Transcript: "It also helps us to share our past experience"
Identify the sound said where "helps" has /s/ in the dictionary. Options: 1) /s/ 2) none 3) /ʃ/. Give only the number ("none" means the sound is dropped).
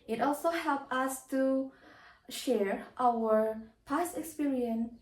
2